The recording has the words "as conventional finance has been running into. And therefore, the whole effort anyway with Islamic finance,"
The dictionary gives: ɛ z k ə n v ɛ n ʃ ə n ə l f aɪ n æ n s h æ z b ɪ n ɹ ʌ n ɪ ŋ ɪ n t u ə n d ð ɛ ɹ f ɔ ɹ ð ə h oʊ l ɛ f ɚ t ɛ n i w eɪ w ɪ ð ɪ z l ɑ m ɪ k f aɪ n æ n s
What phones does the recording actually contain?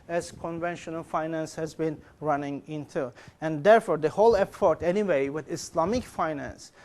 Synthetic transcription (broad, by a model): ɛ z k ə n v ɛ n ʃ ə n ə l f aɪ n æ n s h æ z b ɪ n ɹ ʌ n ɪ ŋ ɪ n t u ə n d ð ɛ ɹ f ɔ ɹ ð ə h oʊ l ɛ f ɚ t ɛ n i w eɪ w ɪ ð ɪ s l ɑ m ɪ k f aɪ n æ n s